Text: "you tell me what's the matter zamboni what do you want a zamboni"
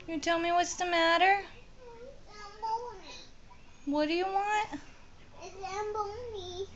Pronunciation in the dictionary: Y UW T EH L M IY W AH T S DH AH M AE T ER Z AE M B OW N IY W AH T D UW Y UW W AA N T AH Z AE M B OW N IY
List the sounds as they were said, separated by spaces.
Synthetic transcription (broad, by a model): Y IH T EH L M IY W AH T S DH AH M AE T ER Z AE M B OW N W AH T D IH Y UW W AA N T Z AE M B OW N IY